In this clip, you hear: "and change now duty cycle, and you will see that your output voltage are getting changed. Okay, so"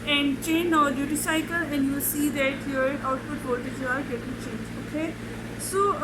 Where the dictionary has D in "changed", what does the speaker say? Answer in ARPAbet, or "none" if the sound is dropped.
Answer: none